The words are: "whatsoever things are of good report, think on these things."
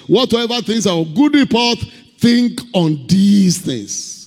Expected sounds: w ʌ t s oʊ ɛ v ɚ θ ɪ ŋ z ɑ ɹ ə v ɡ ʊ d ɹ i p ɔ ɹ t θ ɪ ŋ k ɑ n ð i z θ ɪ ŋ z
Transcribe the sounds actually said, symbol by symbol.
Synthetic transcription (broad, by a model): w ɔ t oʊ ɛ v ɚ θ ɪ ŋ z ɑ w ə ɡ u d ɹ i p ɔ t θ ɪ ŋ k ɑ n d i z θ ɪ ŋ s